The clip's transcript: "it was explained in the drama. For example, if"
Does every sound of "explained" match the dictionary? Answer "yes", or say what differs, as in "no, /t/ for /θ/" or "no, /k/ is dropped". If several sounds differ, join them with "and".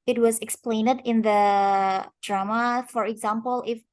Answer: yes